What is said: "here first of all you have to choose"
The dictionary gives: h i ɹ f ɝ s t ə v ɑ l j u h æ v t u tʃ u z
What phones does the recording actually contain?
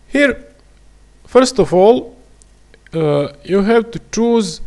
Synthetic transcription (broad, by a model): h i ɹ f ɝ s t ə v ɑ l j u h æ v t u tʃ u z